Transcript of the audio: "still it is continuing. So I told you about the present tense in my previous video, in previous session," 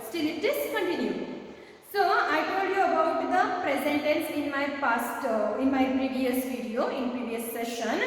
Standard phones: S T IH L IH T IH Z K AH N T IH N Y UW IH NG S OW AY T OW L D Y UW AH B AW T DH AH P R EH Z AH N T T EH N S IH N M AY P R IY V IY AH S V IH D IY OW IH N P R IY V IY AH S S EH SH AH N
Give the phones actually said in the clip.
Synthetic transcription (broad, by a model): S T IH L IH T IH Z K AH N T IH N Y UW S OW AY T OW L D Y UW AH B AW T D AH P R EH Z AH N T S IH N S IH N M AY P R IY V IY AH S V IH D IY OW IH N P R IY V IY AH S S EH SH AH N